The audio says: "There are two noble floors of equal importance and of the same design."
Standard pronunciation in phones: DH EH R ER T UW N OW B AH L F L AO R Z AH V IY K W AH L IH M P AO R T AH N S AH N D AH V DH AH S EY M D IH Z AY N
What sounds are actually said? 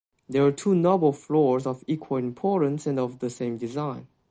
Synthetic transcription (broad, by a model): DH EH W ER T UW N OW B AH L F L AO R Z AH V IY K W AH L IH M P AO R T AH N S AH N D AH V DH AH S EY M D IH Z AY N